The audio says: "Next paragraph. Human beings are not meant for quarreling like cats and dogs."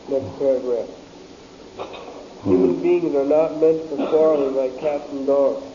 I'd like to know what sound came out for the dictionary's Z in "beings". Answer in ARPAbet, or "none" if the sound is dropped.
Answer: Z